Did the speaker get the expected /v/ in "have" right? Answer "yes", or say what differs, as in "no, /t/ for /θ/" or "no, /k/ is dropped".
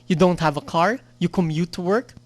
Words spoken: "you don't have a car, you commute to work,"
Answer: yes